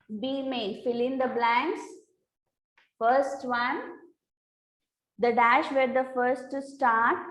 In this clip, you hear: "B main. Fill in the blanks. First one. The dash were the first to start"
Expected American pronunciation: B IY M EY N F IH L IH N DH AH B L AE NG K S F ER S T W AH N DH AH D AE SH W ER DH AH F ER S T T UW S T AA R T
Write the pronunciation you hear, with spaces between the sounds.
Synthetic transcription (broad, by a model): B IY M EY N F IH L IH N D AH B L AE NG K S F ER S T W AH N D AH D AE SH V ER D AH F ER S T T UW S T AA R T